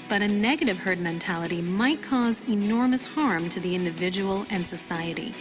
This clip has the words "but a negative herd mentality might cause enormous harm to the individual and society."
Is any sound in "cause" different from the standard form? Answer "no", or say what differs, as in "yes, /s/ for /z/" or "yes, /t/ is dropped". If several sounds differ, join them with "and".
no